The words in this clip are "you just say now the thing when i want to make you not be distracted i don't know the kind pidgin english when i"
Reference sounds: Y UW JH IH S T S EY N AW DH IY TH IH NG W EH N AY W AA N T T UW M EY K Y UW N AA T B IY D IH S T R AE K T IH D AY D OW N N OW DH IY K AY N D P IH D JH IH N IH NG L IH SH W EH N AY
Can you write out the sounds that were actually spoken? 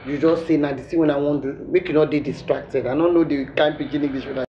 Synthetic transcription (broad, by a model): Y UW JH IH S S EY N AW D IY S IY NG W EH N AY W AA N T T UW M EY K Y UW N AA T B IY D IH S T R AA K T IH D AY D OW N N OW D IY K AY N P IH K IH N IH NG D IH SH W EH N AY